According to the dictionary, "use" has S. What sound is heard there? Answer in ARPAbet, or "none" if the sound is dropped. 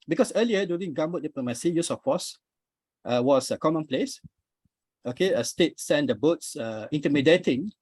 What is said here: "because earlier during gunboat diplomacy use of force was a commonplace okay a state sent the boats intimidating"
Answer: S